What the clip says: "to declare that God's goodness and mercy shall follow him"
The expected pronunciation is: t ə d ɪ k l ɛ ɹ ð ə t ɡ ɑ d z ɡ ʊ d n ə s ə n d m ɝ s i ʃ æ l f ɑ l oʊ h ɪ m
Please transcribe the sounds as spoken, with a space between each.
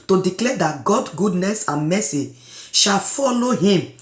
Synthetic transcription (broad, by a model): t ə d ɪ k l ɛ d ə t ɡ ɑ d ɡ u d n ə s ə n m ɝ s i ʃ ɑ l f ɑ l oʊ h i m